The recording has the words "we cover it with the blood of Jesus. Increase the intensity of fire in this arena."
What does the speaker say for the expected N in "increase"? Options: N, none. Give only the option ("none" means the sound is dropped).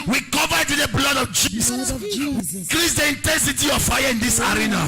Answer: none